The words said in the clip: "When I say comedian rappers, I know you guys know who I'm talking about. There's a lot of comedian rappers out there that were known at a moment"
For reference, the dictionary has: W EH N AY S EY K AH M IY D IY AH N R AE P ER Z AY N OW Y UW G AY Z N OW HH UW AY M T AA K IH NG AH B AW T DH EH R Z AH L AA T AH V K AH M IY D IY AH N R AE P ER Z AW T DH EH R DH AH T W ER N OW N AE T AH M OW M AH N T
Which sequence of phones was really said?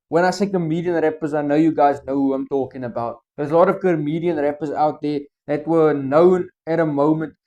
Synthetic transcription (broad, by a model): W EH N AY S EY K AH M IY D IY AH N R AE P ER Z AY N OW Y UW G AY Z N OW HH UW AY M T AA K IH NG AH B AW T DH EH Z AH L AA T AH V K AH M IY D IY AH N R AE P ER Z AW T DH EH DH AH T W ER N OW N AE T AH M OW M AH N T